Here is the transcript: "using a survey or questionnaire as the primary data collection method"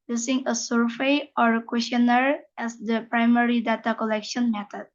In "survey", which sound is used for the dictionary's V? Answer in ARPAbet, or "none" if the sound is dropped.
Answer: F